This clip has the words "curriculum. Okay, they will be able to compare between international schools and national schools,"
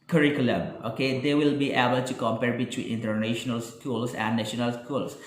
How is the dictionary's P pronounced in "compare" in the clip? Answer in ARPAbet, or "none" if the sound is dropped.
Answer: P